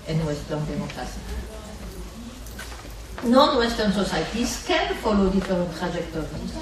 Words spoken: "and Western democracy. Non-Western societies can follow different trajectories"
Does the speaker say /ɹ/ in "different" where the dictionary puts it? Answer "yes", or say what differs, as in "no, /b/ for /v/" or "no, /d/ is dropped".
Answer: no, /ɹ/ is dropped